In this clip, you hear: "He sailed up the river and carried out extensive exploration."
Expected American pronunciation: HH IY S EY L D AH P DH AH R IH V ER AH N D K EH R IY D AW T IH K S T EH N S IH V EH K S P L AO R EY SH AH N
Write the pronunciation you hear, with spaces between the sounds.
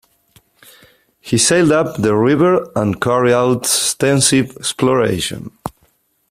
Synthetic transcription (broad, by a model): HH IY S EY L D AH P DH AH R IH V ER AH N K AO R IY AW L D S T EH N S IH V EH K S P L AO R EY SH AH N